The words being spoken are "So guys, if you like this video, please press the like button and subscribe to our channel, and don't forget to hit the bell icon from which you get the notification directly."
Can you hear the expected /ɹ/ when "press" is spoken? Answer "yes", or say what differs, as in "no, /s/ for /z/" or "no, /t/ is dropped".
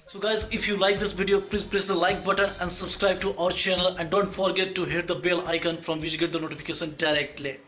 no, /l/ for /ɹ/